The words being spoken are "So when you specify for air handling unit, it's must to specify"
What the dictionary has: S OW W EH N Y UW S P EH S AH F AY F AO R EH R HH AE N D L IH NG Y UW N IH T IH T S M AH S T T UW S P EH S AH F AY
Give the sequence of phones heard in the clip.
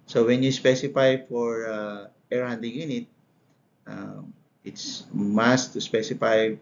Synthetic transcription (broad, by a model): S OW W EH N Y UW S P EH S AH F AY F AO R EH R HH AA N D IH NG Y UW N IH T IH T S M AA S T T UW S P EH S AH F AY